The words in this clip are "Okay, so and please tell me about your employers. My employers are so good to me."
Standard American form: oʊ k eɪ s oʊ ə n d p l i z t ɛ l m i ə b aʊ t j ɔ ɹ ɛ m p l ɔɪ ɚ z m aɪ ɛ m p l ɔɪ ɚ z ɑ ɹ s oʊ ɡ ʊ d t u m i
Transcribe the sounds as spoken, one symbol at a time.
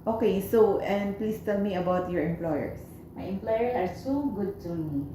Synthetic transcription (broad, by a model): oʊ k eɪ s oʊ ə n d p l i s t ɛ l m i ə b aʊ t j ɔ ɹ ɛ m p l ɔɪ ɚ s m aɪ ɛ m p l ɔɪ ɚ s ɑ ɹ s oʊ ɡ ʊ d t u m i